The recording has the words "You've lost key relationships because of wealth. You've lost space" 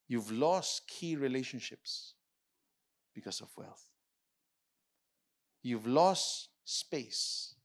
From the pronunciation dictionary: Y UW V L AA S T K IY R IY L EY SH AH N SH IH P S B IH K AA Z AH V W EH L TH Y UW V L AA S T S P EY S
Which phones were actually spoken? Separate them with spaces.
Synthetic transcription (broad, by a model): Y UW V L AA S T K IY R IY L EY SH AH N SH IH P S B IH K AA S AH V W EH L TH Y UW V L AA S T S P EY S